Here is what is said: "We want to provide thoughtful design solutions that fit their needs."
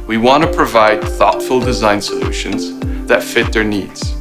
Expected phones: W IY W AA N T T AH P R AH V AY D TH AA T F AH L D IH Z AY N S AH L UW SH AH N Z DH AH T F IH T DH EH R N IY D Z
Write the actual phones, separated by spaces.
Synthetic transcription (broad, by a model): W IY W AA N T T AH P R AH V AY D TH AA T F AH L D IH Z AY N S AH L UW SH AH N Z DH AH T F IH T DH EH R N IY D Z